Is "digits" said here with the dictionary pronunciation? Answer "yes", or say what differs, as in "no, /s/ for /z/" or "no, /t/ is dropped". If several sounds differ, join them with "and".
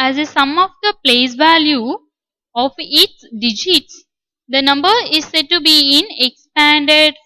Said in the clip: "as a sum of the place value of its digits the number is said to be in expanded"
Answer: yes